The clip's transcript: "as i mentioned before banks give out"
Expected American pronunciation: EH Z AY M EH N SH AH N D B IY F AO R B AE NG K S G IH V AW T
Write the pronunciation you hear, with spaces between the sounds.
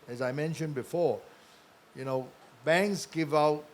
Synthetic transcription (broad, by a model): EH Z AY M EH N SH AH N B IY F AO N B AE NG K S G IH V AW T